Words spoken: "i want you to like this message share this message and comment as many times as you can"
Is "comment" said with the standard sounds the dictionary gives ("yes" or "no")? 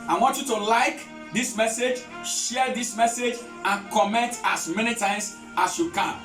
yes